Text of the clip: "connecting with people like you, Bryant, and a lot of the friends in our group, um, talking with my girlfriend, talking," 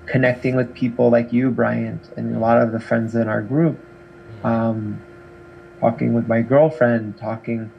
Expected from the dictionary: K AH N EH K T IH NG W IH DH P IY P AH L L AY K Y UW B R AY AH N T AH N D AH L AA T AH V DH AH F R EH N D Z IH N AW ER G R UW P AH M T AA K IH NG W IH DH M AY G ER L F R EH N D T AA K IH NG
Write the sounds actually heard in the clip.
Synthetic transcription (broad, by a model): K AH N EH K T IH NG W IH DH P IY P L L AY K Y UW B R AY AH N T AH N AH L AA T AH V DH AH F R EH N D Z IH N AW ER G R UW P AH M T AA K IH NG W IH DH M AY G ER L F R EH N D T AA K IH NG